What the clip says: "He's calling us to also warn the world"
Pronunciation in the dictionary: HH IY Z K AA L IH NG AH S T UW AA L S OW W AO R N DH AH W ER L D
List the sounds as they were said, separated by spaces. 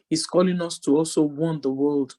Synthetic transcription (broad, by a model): HH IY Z K AA L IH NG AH S T UW AA L S OW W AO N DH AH W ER L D